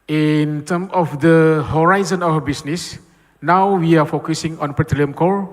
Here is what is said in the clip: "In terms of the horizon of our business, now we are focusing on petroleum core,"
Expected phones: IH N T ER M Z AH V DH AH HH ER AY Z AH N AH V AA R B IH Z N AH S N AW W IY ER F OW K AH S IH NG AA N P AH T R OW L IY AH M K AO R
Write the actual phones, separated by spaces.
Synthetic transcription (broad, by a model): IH N T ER M AH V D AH HH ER AY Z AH N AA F B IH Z N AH S N AW W IY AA F OW K AH S IH NG AA N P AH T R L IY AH M K AO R